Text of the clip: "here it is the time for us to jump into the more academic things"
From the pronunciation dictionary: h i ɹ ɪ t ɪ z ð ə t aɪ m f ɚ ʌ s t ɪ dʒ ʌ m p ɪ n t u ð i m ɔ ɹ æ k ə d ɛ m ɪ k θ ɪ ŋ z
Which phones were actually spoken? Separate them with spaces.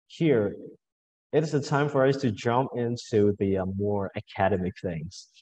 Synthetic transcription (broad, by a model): h i ɹ ɪ t ɪ z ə t aɪ m f ɚ ʌ s t ɪ dʒ ʌ m p ɪ n t u ð i m ɔ ɹ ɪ k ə d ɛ m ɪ k θ ɪ ŋ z